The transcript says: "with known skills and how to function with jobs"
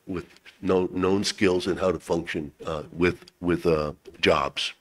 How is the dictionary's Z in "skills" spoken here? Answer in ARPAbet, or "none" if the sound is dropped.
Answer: Z